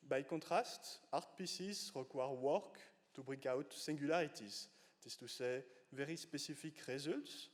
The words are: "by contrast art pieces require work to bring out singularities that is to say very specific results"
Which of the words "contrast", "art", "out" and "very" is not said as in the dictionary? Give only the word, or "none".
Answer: contrast